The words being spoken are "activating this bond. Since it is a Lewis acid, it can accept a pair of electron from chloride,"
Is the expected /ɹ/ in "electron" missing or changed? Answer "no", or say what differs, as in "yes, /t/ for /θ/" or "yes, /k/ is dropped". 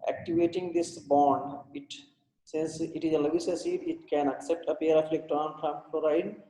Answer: yes, /ɹ/ is dropped